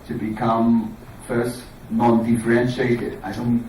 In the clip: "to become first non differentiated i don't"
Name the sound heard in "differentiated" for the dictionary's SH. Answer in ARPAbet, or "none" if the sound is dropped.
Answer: SH